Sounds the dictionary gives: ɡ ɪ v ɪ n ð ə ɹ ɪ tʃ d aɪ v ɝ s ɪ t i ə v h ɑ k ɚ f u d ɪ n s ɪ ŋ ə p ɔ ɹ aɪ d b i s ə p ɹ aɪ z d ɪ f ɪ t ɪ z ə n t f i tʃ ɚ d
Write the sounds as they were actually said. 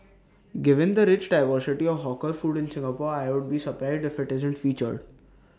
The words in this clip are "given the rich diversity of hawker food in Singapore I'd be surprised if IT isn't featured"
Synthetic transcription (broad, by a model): ɡ ɪ v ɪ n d ə ɹ ɪ tʃ d aɪ v ɝ s ɪ t i ə v h ɑ k ɚ f u d ɪ n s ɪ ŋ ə p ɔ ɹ aɪ d b i s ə p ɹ aɪ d ɪ f ɪ t ɪ z ə n t f i tʃ ɚ d